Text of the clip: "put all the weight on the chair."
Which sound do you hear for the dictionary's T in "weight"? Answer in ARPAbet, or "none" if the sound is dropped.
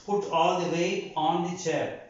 none